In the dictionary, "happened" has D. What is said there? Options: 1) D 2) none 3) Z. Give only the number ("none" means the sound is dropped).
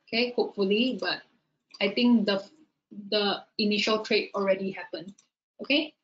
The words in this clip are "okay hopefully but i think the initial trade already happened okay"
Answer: 2